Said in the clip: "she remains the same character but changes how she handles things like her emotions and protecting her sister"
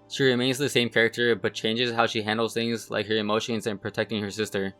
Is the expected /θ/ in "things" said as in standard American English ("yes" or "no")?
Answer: yes